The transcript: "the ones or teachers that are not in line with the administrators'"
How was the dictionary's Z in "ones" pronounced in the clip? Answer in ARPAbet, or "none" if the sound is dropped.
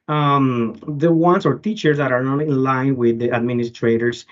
S